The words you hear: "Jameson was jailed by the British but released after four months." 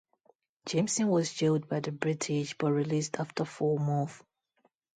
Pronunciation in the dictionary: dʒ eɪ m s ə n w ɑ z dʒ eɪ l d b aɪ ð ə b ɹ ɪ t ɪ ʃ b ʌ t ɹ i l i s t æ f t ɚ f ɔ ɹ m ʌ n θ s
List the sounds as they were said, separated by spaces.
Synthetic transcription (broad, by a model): dʒ eɪ m s ə n w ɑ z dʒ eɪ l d b aɪ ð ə b ɹ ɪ t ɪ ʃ b ʌ t ɹ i l i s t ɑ f t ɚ f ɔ m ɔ θ